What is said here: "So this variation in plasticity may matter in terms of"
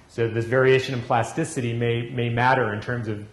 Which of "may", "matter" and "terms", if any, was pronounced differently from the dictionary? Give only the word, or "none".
none